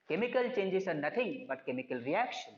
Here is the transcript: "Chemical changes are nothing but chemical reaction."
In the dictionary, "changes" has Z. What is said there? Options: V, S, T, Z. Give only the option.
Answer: S